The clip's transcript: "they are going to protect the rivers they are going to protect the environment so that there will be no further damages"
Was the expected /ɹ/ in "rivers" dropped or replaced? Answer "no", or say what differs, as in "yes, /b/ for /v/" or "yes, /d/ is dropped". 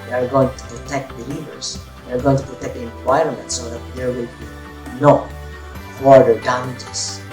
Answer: yes, /l/ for /ɹ/